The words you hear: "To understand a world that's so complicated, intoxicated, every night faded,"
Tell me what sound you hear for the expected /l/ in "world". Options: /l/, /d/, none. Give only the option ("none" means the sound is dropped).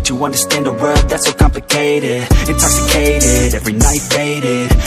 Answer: none